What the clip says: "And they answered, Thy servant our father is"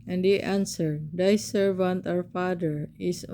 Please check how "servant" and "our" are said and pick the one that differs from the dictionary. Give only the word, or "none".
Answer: our